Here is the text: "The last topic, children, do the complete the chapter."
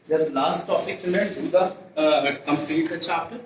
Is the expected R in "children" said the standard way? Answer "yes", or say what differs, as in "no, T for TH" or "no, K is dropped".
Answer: no, R is dropped